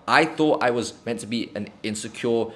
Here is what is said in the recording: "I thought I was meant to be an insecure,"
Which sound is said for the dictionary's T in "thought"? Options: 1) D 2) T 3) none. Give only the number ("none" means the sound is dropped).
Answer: 2